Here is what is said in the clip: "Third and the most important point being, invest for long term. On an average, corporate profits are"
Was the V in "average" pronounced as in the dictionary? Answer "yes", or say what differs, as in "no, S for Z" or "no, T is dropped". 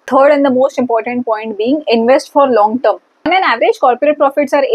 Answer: yes